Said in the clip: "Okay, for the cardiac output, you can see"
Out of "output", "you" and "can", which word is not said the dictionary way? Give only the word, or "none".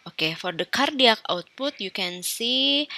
none